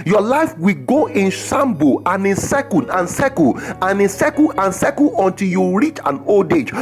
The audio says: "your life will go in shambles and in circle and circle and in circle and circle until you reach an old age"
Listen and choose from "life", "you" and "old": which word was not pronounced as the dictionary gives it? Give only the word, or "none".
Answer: none